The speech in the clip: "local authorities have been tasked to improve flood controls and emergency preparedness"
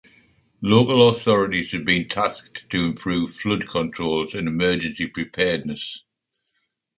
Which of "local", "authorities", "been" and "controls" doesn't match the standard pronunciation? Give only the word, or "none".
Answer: none